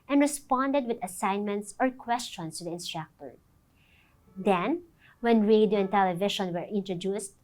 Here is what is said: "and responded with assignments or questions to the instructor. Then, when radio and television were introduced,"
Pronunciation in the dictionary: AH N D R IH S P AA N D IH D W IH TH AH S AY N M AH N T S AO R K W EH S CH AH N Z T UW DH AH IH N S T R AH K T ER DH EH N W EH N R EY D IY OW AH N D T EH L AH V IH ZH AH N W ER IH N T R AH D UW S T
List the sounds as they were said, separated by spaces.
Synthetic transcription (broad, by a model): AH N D R IH S P AA N D IH D W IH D AH S AY N M AH N T S AO R K W EH S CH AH N S T UW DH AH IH N S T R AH K T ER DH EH N W EH N R EY D IY OW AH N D T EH L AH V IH SH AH N W ER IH N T R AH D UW S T